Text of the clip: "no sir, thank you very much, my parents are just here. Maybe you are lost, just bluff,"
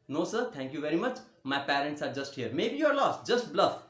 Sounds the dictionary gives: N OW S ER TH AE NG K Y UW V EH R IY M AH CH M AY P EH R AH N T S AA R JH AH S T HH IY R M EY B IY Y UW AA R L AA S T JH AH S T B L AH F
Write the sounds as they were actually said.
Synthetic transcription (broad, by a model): N OW S ER T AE NG K Y UW V EH R IY M AH CH M AY P EH R AH N T S AA R JH AH S T HH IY R M EY B IY Y UW AA R L AA S T JH AH S T B L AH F